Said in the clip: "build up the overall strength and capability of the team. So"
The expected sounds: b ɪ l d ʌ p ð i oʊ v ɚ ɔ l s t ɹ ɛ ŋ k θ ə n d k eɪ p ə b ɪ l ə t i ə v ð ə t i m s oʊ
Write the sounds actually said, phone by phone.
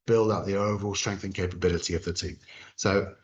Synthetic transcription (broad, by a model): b ɪ l d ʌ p ð i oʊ v ɚ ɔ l s t ɹ ɛ ŋ k θ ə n k eɪ p ə b ɪ l ə t i ə v ð ə t i m s oʊ